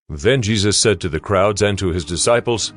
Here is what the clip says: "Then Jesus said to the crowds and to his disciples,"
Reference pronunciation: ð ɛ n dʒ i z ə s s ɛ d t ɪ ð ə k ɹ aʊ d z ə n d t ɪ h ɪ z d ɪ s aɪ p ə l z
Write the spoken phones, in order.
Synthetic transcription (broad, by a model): ð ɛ n dʒ i z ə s s ɛ d t ɪ ð ə k ɹ aʊ d z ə n t ɪ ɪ z d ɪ s aɪ p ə l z